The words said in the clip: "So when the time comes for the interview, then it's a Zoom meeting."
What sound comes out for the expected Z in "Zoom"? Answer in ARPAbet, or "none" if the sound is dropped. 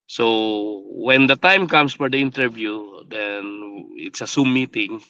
S